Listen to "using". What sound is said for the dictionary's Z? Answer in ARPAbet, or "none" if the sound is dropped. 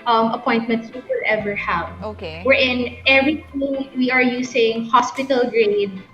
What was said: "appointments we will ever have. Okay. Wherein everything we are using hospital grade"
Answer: S